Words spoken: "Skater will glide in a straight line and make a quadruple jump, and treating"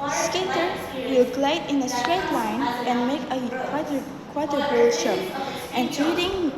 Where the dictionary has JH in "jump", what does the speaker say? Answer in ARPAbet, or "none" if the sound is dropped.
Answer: SH